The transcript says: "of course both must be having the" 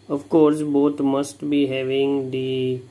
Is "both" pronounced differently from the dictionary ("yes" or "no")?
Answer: yes